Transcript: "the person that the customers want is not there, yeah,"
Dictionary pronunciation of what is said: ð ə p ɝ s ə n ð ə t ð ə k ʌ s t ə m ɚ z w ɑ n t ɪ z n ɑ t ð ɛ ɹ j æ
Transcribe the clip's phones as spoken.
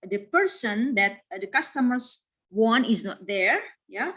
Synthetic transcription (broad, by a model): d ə p ɝ s ə n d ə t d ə k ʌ s t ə m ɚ s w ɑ n ɪ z n ɑ t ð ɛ ɹ j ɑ